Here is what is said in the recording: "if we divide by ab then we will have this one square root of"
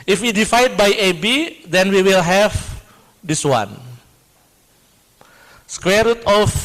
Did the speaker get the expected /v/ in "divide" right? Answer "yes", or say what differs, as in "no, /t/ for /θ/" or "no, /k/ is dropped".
no, /f/ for /v/